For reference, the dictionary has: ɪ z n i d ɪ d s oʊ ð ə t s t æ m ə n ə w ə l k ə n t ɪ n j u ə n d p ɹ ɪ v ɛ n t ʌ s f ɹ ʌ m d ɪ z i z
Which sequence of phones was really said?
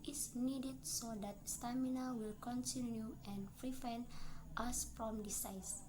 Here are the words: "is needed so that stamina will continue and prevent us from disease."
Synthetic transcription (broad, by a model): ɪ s n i d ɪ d s oʊ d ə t s t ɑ m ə n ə w ə l k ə n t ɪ n j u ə n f ɹ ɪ f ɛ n t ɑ s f ɹ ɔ m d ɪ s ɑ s